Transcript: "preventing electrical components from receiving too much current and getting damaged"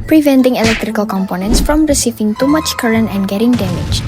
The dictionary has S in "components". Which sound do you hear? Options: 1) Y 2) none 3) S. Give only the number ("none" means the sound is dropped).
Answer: 3